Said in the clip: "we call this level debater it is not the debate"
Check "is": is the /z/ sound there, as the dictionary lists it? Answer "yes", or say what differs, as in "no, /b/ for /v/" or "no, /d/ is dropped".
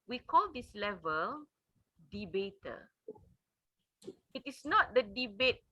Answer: no, /s/ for /z/